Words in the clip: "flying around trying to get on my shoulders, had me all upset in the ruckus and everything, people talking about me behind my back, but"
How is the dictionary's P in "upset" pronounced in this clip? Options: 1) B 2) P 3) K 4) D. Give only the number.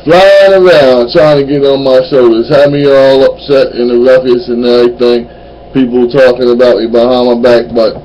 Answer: 2